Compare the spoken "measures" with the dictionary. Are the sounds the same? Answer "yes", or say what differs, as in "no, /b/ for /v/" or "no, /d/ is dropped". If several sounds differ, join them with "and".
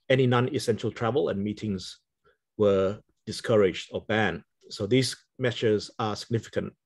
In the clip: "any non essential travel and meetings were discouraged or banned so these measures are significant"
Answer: no, /s/ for /ʒ/